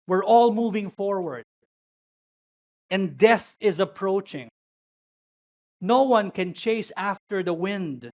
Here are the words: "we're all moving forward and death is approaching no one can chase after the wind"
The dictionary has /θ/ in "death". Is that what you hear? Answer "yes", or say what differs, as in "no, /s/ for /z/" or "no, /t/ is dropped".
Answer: yes